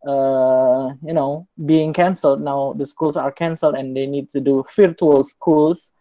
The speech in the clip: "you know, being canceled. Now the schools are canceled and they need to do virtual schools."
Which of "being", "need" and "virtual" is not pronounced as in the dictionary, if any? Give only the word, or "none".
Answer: virtual